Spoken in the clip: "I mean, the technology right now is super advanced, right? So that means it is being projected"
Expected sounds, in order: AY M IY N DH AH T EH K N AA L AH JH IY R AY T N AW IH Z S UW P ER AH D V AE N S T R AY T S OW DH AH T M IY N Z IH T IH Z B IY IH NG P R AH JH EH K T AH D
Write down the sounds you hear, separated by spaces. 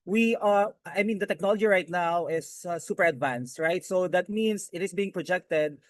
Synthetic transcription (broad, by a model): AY M IY N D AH T EH K N AA L AH JH IY R AY T N AW IH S S UW P ER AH D V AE N S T R AY T S OW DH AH T M IY N S IH T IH S B IY IH NG P R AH JH EH K T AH D